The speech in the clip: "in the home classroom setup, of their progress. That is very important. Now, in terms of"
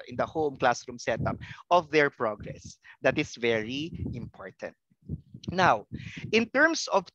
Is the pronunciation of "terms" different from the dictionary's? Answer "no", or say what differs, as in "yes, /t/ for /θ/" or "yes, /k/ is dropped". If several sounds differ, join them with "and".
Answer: yes, /s/ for /z/